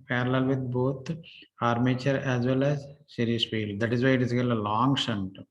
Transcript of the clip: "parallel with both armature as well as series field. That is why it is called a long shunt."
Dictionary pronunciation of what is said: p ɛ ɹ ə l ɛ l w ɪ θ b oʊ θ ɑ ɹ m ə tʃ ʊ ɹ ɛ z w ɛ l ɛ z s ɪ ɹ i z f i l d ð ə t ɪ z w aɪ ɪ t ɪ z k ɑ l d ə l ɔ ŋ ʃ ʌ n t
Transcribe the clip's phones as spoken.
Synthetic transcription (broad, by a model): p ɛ ɹ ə l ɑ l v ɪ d b oʊ t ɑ ɹ m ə tʃ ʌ ɹ ɛ z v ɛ l ɛ z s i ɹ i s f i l d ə t ɪ z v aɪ ɪ t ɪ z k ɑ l ə l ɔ ŋ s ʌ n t